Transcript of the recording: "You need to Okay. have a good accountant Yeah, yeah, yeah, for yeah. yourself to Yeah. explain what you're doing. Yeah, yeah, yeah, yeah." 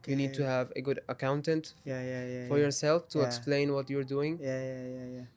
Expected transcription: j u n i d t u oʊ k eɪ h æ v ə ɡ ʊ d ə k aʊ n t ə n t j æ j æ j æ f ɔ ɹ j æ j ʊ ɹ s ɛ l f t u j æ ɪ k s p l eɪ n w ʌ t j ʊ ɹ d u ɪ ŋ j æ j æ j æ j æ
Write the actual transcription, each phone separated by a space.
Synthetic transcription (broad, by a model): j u n i d t u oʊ h æ v ə ɡ ʊ d ə k aʊ n t ə n t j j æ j f ɔ ɹ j j ʊ ɹ s ɛ l f t u ɪ k s p l eɪ n w ʌ t j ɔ ɹ d u ɪ ŋ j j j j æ